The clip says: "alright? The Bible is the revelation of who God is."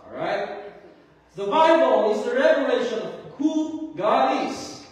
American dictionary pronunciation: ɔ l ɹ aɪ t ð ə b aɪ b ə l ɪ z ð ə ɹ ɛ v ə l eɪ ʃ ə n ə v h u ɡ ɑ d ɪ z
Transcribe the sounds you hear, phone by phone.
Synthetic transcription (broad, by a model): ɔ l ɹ aɪ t ð ə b aɪ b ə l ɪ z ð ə ɹ ɛ v ə l eɪ ʃ ə n ə v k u ɡ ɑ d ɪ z